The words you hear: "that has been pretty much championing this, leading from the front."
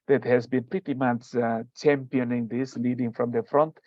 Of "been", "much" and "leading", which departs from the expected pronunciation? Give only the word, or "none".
much